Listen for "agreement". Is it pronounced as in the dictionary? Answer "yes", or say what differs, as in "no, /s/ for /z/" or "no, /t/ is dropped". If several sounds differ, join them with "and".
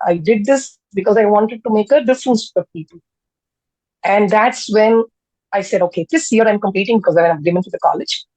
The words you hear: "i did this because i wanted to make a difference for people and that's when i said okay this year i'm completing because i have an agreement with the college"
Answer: no, /ɹ/ is dropped